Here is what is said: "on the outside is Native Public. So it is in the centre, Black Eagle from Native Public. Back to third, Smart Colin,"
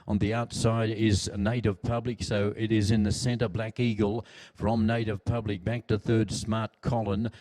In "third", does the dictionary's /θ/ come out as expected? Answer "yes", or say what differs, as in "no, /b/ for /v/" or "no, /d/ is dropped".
yes